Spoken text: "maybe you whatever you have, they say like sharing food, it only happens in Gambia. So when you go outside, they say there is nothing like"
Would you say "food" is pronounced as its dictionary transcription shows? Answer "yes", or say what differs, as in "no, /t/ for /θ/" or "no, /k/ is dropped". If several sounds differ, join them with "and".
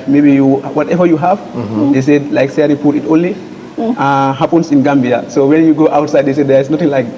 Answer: no, /p/ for /f/